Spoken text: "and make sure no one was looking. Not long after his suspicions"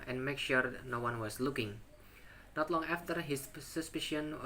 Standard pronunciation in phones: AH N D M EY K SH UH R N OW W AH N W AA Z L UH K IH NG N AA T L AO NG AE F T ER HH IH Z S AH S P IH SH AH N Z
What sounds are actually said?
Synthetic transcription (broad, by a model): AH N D M EY K SH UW R N OW W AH N W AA S L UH K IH NG N AA T L AO NG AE F T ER HH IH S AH S P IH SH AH N